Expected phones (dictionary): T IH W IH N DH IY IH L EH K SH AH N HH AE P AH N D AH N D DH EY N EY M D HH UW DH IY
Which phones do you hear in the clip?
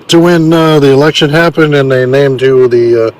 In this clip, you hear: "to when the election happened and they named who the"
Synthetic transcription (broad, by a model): T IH W IH N DH IY IH L EH K SH AH N HH AE P AH N D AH N DH EY N EY M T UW DH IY